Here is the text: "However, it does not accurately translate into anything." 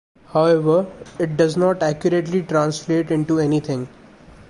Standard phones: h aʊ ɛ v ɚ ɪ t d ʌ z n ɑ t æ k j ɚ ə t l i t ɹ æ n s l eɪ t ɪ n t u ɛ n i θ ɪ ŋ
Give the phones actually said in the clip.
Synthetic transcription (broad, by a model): h aʊ ɛ v ɚ ɪ t d ʌ z n ɑ t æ k j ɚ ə t l i t ɹ æ n s l eɪ t ɪ n t u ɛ n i t ɪ ŋ